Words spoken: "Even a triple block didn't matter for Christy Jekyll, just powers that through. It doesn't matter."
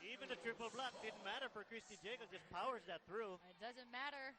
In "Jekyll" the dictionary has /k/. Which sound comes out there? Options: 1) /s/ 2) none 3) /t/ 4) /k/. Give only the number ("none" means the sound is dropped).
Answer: 2